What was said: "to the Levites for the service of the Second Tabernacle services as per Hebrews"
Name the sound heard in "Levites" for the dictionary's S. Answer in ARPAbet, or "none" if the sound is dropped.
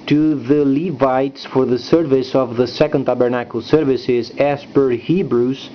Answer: S